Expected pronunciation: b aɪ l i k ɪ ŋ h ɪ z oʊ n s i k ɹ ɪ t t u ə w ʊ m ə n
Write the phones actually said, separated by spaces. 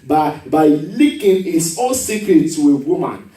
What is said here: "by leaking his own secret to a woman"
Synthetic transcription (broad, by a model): b aɪ l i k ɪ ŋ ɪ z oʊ l s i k ɹ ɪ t t u ə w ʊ m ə n